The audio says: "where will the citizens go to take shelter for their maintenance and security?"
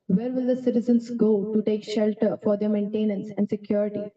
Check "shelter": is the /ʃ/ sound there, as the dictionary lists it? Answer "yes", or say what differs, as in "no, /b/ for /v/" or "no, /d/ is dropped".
yes